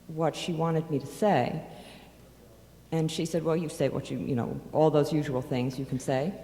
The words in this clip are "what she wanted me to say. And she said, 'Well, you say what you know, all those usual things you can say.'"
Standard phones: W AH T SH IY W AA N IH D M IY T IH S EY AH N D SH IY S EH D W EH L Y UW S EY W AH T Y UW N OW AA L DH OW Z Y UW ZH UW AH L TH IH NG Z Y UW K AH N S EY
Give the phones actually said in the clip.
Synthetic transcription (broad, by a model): W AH T SH IY W AA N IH D M IY T IH S EY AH N SH IY S EH D W EH L Y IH S EY W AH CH Y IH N OW AA L DH OW Z Y UW ZH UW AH L TH IH NG Z Y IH K N S EY